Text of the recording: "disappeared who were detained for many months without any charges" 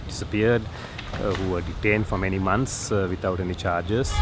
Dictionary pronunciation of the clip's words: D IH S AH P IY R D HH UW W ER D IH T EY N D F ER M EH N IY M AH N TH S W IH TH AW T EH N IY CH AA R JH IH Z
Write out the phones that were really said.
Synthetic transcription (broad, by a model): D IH S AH P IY R D HH UW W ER D IH T EY N D F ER M EH N IY M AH N T S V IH T AW T EH N IY CH AA R JH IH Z